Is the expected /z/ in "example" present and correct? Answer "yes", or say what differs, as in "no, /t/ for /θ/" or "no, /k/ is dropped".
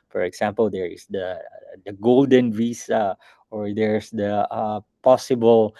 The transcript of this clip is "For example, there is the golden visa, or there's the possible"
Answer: no, /s/ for /z/